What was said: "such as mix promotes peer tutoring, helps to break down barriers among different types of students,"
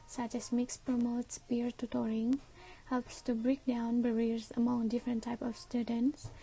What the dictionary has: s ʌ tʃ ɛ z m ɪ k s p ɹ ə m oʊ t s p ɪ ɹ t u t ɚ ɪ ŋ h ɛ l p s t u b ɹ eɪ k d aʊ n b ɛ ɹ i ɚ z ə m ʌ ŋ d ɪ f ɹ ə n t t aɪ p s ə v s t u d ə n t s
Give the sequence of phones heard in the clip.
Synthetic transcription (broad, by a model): s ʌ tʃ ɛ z m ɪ k s p ɹ ə m oʊ t s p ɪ ɹ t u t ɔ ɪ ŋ h ɛ l p s t u b ɹ eɪ k d aʊ n b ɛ ɹ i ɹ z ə m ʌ ŋ d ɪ f ɹ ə n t t aɪ p ə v s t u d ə n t s